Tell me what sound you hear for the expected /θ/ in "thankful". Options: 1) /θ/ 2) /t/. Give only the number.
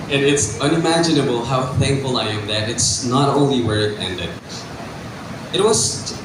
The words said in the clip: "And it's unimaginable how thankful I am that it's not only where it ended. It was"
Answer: 1